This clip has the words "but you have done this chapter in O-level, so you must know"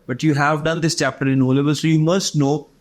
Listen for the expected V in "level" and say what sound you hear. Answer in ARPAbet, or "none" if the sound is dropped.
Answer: B